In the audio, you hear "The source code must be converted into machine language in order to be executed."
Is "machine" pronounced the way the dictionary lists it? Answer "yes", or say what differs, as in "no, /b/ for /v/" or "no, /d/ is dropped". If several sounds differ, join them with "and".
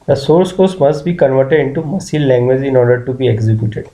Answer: no, /s/ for /ʃ/